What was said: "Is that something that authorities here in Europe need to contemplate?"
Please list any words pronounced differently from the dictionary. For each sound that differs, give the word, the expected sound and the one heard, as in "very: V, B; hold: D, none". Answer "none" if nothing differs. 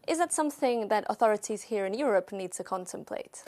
none